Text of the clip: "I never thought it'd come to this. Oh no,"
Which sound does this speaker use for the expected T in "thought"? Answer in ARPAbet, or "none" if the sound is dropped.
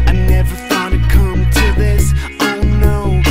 none